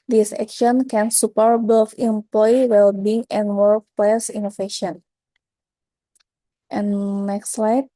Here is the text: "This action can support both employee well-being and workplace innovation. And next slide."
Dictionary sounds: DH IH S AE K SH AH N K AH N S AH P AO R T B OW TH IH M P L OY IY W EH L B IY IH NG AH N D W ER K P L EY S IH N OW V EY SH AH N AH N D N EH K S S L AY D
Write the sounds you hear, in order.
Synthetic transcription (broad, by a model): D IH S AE K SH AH N K AH N S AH P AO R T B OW F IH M P L OY W EH L B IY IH NG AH N W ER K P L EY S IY N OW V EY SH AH N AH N N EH K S S L AY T